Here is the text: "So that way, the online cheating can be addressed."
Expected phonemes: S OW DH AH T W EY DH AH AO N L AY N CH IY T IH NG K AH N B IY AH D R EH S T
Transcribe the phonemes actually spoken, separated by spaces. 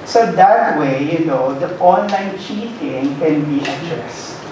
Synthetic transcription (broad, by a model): S OW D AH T W EY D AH AO N L AY N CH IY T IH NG K AH N B IY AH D R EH S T